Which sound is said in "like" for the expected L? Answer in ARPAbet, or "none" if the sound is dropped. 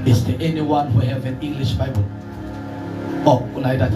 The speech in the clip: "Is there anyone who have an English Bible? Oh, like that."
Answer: N